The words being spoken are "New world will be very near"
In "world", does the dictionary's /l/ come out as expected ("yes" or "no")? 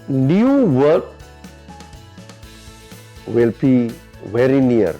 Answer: no